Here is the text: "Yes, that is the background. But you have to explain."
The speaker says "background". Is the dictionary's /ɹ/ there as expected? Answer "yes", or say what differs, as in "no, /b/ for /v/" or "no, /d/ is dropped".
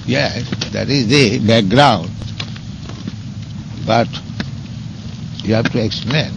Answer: yes